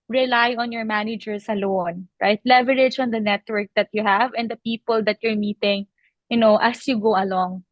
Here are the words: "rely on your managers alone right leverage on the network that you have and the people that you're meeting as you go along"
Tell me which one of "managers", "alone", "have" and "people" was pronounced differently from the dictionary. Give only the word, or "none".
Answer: managers